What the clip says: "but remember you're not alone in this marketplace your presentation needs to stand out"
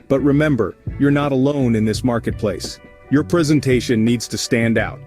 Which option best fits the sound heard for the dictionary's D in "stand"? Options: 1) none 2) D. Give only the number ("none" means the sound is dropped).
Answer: 2